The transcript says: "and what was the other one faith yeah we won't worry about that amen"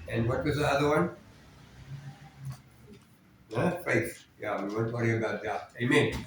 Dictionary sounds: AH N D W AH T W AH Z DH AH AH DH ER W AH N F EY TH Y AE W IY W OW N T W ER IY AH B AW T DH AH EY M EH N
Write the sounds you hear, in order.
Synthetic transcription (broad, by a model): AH N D W AH T W AH Z DH AH AH DH ER W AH N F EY F Y AE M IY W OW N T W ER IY AH B AW T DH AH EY M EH N